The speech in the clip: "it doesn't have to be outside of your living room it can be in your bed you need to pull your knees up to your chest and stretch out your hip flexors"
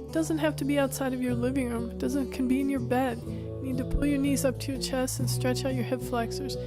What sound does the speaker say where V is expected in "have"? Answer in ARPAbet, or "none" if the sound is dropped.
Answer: F